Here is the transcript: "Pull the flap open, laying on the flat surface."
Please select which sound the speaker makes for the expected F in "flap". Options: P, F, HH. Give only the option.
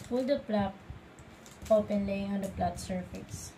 P